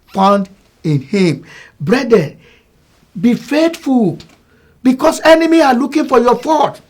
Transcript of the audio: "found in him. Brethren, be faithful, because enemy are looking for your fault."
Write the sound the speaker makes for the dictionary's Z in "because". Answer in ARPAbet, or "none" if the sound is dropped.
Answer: S